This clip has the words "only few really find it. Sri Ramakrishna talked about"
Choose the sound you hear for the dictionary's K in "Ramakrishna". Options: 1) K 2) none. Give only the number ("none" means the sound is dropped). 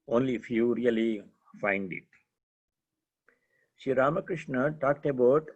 1